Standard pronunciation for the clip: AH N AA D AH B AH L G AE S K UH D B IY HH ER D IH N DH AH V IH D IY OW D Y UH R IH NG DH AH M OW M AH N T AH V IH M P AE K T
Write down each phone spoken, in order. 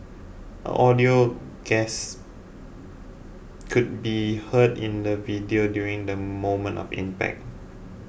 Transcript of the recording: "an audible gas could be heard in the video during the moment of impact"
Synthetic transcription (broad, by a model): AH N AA D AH AH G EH S K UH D B IY HH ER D IH N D AH V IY D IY OW D Y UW R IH NG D AH M OW M AH N T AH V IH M P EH K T